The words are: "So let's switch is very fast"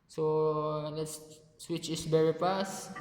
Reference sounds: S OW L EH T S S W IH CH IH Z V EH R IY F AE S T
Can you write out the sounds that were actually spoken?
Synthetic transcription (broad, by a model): S OW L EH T S S W IH CH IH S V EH R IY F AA S